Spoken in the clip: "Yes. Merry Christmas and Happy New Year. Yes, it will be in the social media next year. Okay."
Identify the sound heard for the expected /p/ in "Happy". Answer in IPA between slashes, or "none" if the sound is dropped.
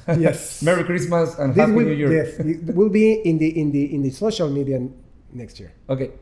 none